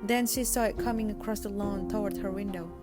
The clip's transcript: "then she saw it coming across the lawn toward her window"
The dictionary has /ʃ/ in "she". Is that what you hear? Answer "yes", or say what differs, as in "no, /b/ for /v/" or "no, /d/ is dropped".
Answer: yes